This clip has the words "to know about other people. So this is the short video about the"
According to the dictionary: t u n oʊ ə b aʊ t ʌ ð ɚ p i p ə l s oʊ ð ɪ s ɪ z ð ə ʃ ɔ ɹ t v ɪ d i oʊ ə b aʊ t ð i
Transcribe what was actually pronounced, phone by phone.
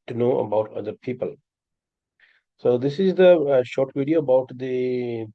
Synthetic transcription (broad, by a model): t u n oʊ ə b aʊ t ʌ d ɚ p i p ə l s oʊ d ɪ s ɪ z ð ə ʃ ɔ ɹ t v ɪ d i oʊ ə b aʊ t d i